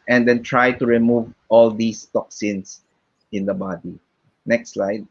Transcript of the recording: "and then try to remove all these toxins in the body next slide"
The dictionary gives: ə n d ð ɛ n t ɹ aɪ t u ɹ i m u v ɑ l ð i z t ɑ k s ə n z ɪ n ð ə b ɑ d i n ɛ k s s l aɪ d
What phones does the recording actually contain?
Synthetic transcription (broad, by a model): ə n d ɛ n t ɹ aɪ t u ɹ i m u v ɑ l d i s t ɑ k s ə n s ɪ n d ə b ɑ d i n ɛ k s s l aɪ d